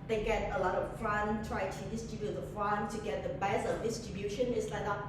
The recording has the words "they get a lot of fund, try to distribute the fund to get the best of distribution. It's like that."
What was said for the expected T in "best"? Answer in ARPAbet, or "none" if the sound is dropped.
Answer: none